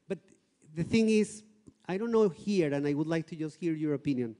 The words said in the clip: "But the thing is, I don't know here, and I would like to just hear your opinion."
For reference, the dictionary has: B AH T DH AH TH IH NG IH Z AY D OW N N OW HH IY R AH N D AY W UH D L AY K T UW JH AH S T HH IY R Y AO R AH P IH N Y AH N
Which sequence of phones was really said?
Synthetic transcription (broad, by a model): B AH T DH AH TH IH NG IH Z AY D OW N N OW HH IY R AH N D AY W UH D L AY K T UW JH AH S T HH IY R Y AO R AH P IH N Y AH N